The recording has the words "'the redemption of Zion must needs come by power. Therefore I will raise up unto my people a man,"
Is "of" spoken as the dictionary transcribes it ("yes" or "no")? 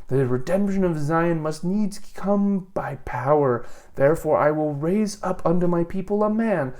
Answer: yes